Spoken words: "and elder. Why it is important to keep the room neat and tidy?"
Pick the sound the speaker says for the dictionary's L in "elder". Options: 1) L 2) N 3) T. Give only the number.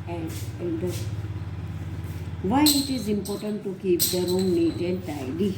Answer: 2